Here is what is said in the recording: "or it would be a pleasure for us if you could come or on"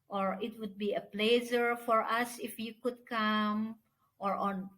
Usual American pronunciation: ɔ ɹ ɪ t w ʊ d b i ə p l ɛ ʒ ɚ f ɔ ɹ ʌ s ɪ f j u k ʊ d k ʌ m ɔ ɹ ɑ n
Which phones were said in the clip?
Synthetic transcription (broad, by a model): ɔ ɹ ɪ t w ʊ d b i ə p l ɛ z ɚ f ɔ ɹ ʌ s ɪ f j u k ʊ d k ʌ m ɔ ɹ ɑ n